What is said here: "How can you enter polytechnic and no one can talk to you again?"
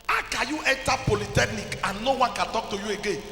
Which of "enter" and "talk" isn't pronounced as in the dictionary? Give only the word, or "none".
enter